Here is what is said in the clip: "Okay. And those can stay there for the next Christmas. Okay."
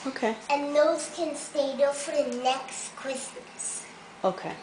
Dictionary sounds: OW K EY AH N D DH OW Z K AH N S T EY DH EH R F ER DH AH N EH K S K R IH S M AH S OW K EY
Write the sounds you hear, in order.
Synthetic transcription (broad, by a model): OW K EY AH N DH OW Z K AH N S T EY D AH F ER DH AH N EH K S K W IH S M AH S OW K EY